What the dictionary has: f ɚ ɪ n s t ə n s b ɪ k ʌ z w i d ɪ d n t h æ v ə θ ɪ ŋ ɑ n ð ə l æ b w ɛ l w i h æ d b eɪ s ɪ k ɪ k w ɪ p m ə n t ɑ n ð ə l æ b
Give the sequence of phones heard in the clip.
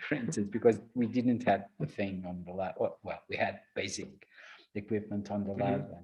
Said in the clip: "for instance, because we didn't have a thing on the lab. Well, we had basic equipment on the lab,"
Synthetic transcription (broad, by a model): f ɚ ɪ n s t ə n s b ɪ k ʌ z w i d ɪ d n t h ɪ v ə θ ɪ ŋ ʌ n ð ə l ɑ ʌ w ɛ l w i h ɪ d b eɪ s ɪ k ɪ k w ɪ p m ə n t n ð ə l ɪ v